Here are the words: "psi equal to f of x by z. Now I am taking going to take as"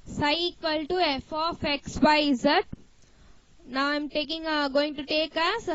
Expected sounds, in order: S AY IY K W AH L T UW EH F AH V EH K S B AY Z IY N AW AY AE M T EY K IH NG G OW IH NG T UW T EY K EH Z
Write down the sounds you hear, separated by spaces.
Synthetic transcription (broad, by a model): S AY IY K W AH L T UW EH F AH F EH K S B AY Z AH N AW AY M T EY K IH NG G OW IH NG T UW T EY K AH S